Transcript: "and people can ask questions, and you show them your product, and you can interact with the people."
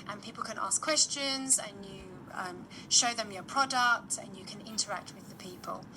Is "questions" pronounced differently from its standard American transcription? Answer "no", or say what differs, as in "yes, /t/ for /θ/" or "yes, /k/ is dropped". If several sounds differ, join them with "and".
no